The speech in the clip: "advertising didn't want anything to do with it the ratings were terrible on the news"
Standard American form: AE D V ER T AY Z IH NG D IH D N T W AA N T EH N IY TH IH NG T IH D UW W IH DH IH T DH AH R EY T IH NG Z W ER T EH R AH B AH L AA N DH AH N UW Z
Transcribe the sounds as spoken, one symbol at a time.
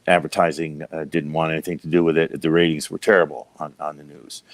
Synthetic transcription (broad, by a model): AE D V ER T AY Z IH NG D IH D N T W AA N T EH N IY TH IH NG T IH D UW W IH DH IH T DH AH R EY T IH NG Z W ER T EH R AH B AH N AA N DH AH N UW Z